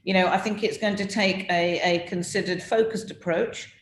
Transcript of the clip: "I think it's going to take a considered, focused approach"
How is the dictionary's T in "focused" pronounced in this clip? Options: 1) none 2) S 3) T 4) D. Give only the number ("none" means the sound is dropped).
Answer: 3